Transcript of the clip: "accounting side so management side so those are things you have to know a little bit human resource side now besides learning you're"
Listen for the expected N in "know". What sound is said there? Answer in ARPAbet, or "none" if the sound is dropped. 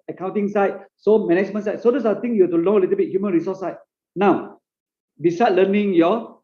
L